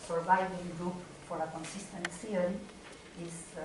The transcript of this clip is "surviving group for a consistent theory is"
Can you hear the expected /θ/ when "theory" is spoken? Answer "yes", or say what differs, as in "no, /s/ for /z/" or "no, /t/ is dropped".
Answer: no, /s/ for /θ/